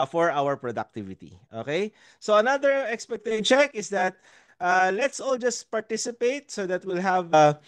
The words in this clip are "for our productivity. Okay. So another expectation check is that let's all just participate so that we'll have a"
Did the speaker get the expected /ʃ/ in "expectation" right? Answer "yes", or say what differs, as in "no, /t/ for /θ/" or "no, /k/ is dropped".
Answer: no, /ʃ/ is dropped